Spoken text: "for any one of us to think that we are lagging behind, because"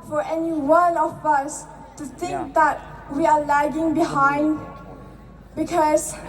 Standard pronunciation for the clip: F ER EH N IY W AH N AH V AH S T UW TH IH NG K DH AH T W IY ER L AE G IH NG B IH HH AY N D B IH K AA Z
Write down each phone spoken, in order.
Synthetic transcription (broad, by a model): F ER EH N IY W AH L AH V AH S T UW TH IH NG K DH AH T W IY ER L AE G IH NG B IH HH AY N D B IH K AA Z